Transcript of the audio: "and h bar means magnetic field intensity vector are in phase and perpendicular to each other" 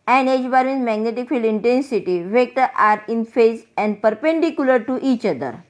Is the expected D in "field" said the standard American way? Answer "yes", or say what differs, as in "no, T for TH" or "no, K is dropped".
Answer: no, D is dropped